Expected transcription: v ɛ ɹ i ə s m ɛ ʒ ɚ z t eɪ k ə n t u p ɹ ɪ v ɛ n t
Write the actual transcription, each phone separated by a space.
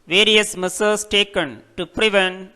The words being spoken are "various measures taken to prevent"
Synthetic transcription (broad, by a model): v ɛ ɹ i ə s m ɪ s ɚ s t eɪ k ə n t u p ɹ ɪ v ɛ n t